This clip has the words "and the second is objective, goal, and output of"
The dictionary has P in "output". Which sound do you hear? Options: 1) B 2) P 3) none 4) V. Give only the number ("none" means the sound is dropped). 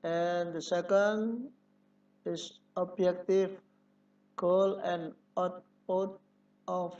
3